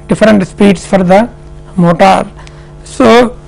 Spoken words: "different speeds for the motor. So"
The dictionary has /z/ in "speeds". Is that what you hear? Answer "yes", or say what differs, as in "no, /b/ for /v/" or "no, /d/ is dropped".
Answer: no, /s/ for /z/